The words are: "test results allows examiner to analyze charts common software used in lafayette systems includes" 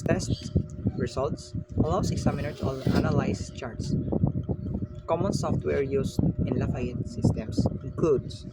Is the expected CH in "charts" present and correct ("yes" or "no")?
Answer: yes